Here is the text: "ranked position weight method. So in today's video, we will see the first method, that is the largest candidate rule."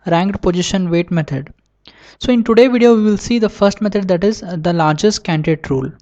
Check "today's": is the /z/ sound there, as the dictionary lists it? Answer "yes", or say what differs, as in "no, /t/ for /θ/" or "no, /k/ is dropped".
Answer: no, /z/ is dropped